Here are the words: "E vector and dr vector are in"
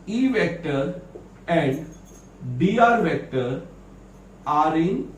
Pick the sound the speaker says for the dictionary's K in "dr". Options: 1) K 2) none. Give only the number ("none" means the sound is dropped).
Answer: 2